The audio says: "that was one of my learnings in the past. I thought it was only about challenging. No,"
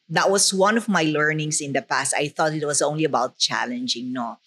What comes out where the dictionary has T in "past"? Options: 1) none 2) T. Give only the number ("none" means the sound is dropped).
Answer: 2